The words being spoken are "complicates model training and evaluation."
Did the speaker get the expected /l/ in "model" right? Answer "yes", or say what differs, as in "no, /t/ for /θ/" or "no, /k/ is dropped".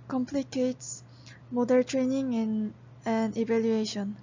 no, /n/ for /l/